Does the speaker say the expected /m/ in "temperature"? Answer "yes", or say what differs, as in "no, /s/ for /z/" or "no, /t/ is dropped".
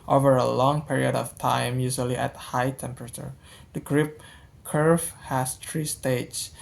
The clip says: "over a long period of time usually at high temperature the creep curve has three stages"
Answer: yes